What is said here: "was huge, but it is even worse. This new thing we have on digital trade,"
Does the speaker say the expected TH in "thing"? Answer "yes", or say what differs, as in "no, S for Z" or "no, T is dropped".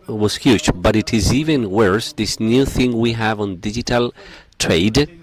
yes